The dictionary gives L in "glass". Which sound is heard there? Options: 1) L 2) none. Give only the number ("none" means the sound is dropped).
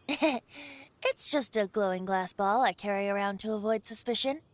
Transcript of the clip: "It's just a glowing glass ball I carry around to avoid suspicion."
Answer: 1